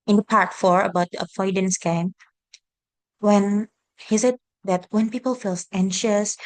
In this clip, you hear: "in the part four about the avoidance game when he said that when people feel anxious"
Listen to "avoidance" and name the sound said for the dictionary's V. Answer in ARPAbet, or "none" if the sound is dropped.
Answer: F